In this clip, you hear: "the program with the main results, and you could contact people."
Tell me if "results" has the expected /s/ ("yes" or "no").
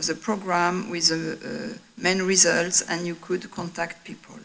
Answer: yes